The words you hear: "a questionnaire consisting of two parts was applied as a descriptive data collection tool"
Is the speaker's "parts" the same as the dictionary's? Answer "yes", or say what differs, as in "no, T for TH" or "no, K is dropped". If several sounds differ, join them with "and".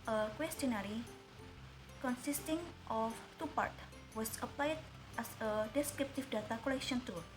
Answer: no, S is dropped